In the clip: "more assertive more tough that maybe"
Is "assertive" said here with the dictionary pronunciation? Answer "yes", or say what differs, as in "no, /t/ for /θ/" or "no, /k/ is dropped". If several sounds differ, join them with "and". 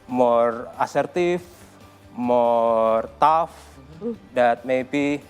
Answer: no, /f/ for /v/